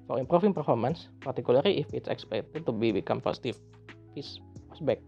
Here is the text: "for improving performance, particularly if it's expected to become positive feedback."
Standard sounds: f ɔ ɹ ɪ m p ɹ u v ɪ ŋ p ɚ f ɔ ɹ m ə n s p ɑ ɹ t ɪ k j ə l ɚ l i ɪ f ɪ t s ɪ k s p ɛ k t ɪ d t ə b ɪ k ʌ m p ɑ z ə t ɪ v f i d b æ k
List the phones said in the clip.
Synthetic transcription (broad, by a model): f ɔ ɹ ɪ m p ɹ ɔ f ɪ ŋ p ɚ f ɔ ɹ m ə n s p ɑ ɹ t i k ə l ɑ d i ɪ f ɪ t s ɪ k s p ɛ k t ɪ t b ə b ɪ k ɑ m p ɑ s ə t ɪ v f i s b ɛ k